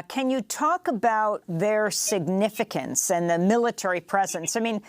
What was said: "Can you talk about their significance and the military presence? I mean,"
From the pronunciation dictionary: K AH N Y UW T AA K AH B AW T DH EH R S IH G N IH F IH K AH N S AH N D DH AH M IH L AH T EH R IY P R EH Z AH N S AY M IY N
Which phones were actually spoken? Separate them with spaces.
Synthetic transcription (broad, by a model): K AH N Y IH T AA K AH B AW T DH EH R S IH G N IH F IH K AH N S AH N DH AH M IH L AH T EH R IY P R EH Z AH N S AY M IY N